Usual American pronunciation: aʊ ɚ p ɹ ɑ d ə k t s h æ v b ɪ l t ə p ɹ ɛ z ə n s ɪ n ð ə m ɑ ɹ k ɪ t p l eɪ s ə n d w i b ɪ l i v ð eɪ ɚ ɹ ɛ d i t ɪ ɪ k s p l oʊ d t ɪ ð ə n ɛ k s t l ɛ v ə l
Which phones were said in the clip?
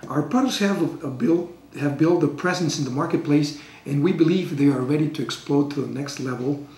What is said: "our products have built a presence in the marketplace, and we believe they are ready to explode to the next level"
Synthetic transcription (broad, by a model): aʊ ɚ p ɑ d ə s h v h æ v b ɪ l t ə p ɹ ɛ z ə n s ɪ n ð ə m ɑ ɹ k ɪ t p l eɪ s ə n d w i b ɪ l i v ð eɪ ɚ ɹ ɛ d i t ɪ ɪ k s p l oʊ d t ɪ ð ə n ɛ k s t l ɛ v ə l